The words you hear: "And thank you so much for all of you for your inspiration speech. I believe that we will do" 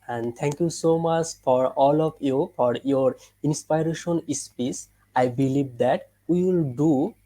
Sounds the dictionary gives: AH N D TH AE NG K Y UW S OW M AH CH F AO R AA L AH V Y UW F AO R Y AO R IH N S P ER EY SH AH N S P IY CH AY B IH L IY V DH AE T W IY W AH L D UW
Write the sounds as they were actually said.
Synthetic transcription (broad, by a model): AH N D T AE NG K Y UW S OW M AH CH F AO R AA L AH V Y UW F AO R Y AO R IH N S P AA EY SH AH N S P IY S AY B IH L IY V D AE T W IY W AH L D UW